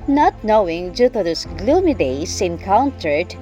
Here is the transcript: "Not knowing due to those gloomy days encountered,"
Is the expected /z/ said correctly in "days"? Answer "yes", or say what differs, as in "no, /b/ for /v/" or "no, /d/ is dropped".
no, /s/ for /z/